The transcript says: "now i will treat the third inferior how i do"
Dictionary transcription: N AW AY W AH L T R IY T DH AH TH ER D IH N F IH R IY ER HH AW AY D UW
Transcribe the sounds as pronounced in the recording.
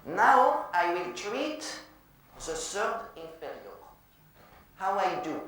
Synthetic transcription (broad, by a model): N AW AY W AH L T R IY T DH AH S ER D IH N F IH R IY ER HH AW AY D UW